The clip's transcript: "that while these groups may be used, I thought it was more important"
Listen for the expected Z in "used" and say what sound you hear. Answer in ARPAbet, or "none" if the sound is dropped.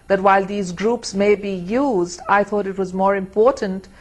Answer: Z